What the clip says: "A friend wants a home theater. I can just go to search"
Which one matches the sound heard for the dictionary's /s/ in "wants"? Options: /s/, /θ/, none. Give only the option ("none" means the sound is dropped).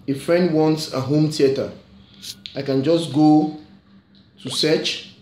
/s/